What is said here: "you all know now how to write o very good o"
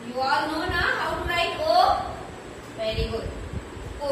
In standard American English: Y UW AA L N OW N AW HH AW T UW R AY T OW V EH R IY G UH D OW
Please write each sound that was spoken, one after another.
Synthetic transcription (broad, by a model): Y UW AA L N OW N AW HH AW T UW L AY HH OW V EH R IY G UH D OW